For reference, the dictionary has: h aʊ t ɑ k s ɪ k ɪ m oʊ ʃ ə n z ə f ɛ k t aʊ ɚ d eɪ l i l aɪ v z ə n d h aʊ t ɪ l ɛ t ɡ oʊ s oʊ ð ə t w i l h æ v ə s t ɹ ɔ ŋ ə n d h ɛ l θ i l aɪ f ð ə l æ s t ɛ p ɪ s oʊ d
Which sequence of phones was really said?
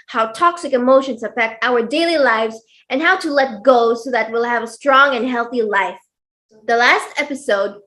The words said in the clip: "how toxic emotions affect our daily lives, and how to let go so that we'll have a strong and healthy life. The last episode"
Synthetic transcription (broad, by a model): h aʊ t ɑ k s ɪ k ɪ m oʊ ʃ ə n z ə f ɛ k t aʊ ɚ d eɪ l i l aɪ v z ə n h aʊ t ɪ l ɛ t ɡ oʊ s oʊ ð ə t w i l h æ v ə s t ɹ ɔ ŋ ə n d h ɛ l θ i l aɪ f ð ə l æ s t ɛ p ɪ s oʊ d